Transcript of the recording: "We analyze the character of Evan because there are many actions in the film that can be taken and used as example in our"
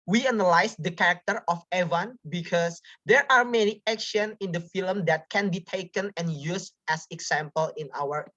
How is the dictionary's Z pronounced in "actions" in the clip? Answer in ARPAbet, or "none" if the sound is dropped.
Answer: none